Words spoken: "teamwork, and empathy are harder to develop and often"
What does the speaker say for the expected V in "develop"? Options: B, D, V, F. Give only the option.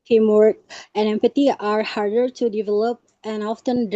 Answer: V